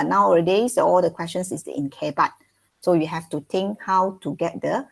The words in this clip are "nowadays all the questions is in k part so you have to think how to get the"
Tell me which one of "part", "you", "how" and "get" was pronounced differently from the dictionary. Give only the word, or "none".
part